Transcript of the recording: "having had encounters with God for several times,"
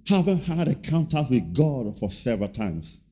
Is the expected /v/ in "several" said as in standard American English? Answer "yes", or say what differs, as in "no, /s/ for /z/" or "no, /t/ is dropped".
yes